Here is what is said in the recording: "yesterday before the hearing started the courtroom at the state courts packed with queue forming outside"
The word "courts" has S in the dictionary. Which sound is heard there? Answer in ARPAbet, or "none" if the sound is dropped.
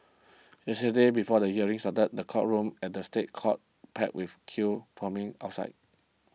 none